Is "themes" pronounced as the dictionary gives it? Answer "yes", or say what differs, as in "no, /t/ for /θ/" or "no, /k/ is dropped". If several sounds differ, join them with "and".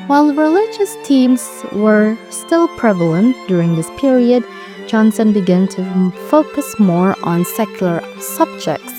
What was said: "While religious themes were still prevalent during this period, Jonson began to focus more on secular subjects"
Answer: no, /t/ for /θ/